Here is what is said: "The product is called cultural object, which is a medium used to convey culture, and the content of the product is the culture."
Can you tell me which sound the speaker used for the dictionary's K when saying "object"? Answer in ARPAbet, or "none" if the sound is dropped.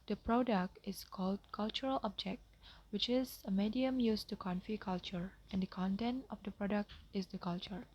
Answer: K